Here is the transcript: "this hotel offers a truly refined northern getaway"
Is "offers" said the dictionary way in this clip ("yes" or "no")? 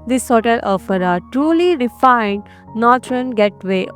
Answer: no